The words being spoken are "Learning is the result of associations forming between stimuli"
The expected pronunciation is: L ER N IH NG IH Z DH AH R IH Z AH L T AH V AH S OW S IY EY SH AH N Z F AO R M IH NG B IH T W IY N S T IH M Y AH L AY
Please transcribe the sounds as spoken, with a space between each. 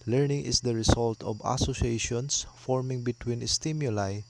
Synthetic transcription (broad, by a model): L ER N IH NG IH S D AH R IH S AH L T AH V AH S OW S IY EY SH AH N S F AO R M IH NG B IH T W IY N S T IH M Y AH L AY